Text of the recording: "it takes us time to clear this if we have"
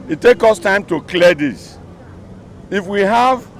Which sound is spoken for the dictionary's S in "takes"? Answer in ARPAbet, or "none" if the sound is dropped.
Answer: none